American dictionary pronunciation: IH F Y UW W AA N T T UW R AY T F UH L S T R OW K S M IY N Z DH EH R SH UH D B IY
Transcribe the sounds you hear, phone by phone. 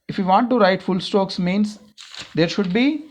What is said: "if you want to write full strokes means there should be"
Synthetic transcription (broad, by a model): IH F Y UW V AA N T T UW R AY T F UH L S T OW K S M IY N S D EH R SH UH D B IY